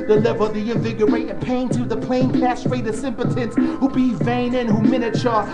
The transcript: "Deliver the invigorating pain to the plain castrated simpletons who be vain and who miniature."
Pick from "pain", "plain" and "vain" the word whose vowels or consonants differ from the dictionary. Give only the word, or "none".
none